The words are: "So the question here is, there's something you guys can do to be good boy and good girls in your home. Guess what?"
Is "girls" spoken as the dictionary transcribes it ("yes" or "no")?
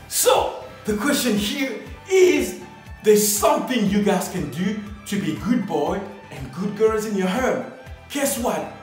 yes